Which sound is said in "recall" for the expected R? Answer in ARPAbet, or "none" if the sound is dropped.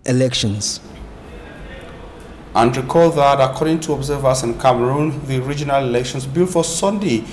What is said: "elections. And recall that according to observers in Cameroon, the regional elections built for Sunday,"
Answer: R